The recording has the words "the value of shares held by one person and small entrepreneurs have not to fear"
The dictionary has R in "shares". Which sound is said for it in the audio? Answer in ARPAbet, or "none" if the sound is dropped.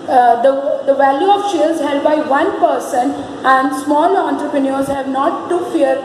L